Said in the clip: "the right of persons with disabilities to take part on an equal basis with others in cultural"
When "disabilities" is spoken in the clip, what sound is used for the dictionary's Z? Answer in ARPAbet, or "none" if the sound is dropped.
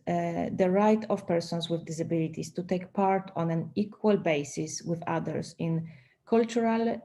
S